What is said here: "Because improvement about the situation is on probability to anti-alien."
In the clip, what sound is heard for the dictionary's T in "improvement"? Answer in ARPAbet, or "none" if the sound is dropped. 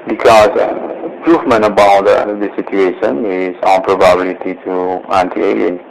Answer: none